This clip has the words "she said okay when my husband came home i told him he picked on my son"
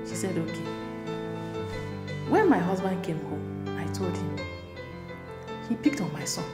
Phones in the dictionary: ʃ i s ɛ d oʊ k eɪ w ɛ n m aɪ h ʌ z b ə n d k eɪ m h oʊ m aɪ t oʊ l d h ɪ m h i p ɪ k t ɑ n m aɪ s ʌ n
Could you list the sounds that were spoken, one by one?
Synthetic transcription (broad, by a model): ʃ i s ɛ d oʊ k eɪ w ɛ n m aɪ h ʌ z b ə n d k eɪ m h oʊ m aɪ t oʊ l d h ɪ m h i p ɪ k t ɑ n m aɪ s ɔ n